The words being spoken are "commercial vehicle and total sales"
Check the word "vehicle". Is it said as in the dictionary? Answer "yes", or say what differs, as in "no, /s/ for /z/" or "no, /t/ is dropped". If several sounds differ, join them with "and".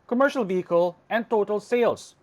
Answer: yes